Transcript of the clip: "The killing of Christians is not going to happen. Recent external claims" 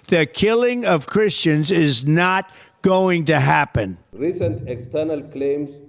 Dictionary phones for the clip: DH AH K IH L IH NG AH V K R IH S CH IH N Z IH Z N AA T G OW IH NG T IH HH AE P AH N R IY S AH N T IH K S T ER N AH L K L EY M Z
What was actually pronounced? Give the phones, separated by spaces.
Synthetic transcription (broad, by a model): DH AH K IH L IH NG AH V K R IH S CH IH N Z IH Z N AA T G OW IH NG T IH HH AE P AH N R IY S AH N T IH K S T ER N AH L K L EY M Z